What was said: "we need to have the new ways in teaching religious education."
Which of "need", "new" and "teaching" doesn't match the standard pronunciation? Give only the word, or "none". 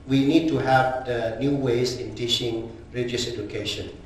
teaching